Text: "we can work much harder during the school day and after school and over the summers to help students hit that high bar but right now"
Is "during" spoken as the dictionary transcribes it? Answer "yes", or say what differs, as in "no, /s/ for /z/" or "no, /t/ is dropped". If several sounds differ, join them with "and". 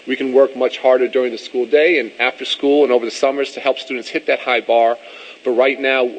yes